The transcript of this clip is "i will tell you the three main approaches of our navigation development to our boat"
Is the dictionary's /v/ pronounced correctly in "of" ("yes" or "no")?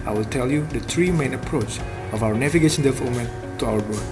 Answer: no